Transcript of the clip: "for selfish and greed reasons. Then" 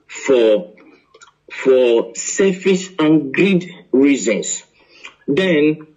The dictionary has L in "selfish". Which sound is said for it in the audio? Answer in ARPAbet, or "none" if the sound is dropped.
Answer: none